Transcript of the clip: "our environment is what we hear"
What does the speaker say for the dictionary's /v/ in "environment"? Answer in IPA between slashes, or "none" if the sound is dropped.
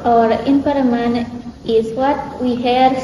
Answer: /p/